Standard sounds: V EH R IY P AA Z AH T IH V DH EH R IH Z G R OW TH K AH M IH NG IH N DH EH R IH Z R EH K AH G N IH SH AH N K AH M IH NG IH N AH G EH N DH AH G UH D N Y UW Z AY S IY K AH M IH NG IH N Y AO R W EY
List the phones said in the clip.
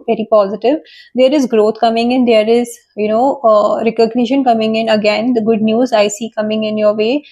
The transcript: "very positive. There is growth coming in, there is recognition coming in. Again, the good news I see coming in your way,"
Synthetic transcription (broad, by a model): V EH R IY P AA Z AH T IH V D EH R IH Z G R OW T K AH M IH NG IH N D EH R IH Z R EH K AH G N IH SH AH N K AH M IH NG IH N AH G EH N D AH G UH D N Y UW Z AY S IY K AH M IH NG IH N Y AO R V EY